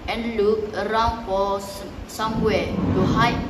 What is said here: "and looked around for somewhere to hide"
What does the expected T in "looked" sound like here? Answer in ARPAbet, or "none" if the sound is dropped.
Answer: none